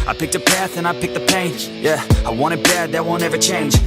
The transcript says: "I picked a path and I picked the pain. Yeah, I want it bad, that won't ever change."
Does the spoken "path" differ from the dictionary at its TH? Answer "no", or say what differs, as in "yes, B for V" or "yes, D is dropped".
no